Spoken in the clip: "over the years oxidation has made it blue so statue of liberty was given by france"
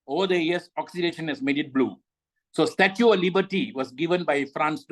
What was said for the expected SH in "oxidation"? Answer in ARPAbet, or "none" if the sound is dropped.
SH